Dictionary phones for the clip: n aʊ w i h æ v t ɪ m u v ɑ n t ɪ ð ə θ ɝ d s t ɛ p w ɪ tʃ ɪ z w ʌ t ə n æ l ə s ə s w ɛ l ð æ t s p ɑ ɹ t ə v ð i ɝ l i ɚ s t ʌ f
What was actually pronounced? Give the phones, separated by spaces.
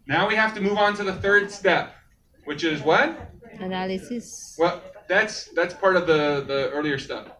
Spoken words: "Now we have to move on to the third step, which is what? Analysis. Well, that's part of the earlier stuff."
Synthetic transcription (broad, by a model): n aʊ w i h æ f t ɪ m u v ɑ n t ɪ ð ə θ ɝ d s t ɛ p w ɪ tʃ ɪ z w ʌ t ə n æ l ə s ə s w ɛ l ð æ t s p ɑ ɹ t ə v ð i ɝ l i ɚ s t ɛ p